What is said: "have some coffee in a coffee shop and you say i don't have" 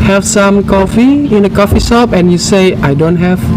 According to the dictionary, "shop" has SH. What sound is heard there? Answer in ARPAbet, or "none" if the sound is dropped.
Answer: S